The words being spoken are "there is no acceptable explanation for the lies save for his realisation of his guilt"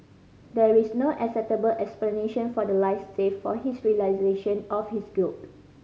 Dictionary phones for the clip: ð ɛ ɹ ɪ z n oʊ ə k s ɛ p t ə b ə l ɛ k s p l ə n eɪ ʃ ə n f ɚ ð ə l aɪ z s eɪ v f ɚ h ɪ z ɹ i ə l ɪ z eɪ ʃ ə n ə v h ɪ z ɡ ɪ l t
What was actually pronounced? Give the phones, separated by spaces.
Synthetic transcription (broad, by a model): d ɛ ɹ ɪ s n oʊ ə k s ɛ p t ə b ə l ɛ k s p l ə n eɪ ʃ ə n f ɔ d ə l aɪ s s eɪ f f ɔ h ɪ s ɹ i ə l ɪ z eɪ ʃ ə n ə f h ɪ s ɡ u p